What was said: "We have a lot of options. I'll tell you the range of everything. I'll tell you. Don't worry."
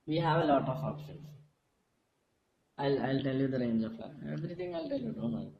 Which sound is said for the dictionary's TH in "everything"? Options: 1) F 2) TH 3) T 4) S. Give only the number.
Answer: 3